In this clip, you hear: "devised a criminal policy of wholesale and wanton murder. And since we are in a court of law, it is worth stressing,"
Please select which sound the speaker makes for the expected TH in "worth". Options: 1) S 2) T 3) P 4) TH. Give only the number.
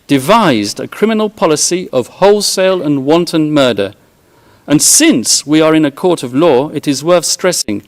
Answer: 4